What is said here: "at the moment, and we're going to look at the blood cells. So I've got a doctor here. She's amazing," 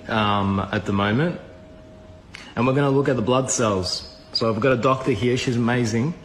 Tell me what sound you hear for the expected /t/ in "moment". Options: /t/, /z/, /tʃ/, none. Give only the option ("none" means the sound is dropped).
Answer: /t/